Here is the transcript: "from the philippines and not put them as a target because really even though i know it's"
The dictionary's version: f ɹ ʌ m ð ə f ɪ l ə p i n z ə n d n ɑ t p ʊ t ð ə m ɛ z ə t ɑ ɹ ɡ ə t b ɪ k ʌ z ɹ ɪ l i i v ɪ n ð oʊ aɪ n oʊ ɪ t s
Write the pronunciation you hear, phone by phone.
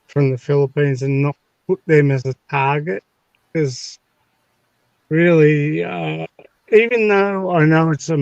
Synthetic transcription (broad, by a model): f ɹ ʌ m ð ə f ɪ l ə p i n z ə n n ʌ t p ʊ t ð ə m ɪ z ə t ɑ ɹ ɡ ə t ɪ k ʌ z ɹ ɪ l i i v ɪ n ð oʊ aɪ n oʊ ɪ t s